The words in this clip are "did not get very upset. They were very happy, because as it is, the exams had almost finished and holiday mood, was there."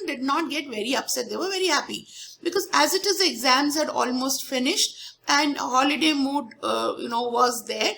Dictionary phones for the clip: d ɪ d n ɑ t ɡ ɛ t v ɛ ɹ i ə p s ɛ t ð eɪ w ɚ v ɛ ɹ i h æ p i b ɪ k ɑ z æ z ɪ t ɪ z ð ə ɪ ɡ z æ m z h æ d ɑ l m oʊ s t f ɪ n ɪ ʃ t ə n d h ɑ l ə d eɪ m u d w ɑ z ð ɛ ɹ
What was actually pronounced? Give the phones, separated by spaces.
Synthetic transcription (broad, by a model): d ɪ d n ɑ t ɡ ɛ t v ɛ ɹ i ə p s ɛ t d eɪ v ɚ v ɛ ɹ i h æ p i b ɪ k ɑ z æ z ɪ t ɪ z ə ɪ ɡ z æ m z h æ d ɑ l m oʊ s t f ɪ n ɪ ʃ t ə n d h ɑ l ə d eɪ m u d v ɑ z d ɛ ɹ